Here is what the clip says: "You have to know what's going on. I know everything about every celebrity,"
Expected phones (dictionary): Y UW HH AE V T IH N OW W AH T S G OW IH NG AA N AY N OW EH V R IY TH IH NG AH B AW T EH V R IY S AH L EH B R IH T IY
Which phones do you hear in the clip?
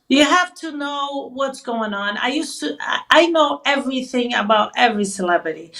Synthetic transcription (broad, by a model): Y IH HH AE F T IH N OW W AH T S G OW IH NG AA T AY N OW EH V R IY TH IH NG AH B AW T EH V R IY S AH L EH B R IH T IY